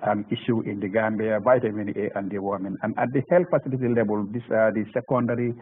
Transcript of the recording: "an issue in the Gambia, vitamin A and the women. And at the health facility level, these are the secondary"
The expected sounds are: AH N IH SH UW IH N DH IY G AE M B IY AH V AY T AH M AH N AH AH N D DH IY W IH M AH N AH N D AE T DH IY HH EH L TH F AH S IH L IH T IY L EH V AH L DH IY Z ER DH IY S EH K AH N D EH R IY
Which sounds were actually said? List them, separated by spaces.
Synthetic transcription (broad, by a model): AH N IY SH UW IH N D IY G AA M B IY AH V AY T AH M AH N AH AH N D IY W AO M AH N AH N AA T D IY HH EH L T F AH S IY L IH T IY L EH B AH L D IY S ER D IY S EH K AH N D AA R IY